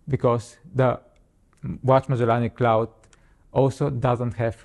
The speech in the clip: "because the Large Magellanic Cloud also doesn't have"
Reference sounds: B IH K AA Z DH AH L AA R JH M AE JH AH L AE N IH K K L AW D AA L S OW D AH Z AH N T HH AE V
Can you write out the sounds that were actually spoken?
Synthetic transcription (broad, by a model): B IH K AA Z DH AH W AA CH M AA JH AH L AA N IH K K L AW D AA L S OW D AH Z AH N T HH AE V